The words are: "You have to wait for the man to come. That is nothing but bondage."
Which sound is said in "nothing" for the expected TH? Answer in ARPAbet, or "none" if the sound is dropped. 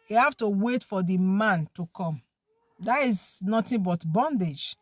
T